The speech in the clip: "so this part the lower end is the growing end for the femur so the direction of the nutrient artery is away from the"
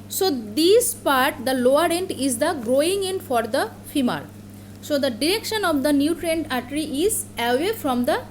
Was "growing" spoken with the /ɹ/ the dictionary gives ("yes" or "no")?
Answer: yes